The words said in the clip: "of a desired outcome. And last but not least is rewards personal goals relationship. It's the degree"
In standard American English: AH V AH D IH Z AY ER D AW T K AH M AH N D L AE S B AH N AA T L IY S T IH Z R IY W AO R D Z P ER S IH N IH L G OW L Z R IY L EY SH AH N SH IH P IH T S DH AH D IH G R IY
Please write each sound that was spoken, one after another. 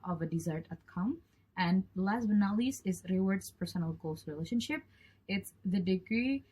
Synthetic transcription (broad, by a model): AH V AH D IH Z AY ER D AW T K AH M AH N D L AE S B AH N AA L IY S IH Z R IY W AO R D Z P ER S IH N IH L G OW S R IY L EY SH AH N SH IH P IH T S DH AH D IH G R IY